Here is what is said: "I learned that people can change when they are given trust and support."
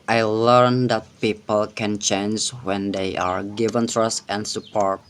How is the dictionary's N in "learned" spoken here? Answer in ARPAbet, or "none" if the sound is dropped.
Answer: N